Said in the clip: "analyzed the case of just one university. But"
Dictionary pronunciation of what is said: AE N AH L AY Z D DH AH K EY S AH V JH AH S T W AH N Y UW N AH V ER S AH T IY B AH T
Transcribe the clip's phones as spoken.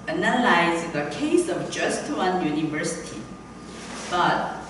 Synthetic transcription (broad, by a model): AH N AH L AY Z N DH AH K EY S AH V JH AH S T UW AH N Y UW N AH V ER S AH T IY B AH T